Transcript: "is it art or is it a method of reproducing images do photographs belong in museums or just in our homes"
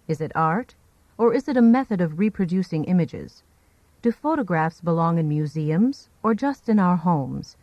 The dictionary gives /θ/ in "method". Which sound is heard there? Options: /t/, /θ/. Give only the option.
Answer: /θ/